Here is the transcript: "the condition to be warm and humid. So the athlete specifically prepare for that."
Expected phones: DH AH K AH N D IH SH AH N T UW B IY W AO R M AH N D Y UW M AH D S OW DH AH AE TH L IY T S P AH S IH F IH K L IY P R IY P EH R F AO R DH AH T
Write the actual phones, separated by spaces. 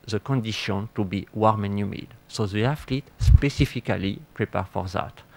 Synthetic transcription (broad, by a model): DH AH K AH N D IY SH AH N T UW B IY W AO R M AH N Y UW M AH D S OW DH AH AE F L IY T S P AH S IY F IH K L IY P R IY P EH R F AO R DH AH T